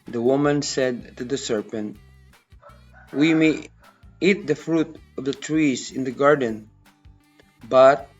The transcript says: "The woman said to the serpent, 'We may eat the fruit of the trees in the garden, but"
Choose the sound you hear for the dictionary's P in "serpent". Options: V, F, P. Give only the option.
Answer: P